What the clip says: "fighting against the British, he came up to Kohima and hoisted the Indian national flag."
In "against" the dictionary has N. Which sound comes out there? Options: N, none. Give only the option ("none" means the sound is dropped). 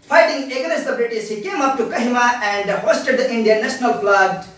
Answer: none